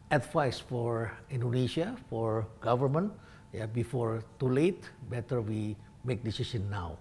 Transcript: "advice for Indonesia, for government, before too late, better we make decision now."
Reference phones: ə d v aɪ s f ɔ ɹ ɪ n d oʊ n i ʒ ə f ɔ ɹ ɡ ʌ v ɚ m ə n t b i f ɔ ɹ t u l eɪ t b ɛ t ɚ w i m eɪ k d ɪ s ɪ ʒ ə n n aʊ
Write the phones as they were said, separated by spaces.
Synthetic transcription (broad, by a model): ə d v aɪ s f ɔ ɹ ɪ n d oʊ n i ʃ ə f ɔ ɹ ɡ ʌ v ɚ m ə n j b i f ɔ ɹ t u l eɪ t b ɛ t ɚ w i m eɪ k d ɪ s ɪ ʃ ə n n aʊ